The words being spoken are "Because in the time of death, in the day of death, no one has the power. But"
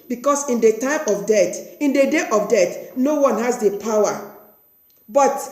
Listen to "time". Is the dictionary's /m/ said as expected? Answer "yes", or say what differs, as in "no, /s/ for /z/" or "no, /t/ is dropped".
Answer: yes